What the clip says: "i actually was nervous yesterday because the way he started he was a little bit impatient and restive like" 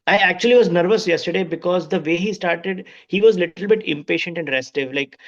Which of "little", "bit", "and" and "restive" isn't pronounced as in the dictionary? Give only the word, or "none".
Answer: none